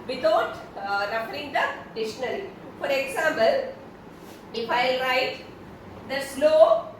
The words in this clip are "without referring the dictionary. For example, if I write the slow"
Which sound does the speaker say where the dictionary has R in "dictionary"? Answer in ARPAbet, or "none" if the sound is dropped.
L